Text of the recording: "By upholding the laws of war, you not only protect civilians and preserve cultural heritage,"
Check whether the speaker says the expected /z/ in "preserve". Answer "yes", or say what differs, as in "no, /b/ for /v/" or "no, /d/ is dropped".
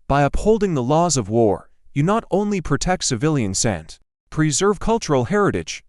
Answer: yes